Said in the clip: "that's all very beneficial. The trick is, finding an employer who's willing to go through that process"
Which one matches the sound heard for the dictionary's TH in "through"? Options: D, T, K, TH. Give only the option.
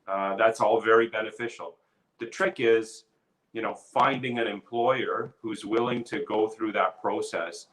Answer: TH